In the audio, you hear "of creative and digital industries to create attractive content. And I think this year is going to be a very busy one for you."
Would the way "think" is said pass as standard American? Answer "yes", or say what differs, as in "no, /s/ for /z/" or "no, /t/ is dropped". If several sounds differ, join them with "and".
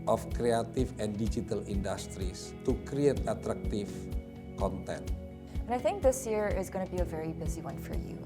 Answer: yes